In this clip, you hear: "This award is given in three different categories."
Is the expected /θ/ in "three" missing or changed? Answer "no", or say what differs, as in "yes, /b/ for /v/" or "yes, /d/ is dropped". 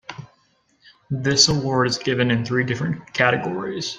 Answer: no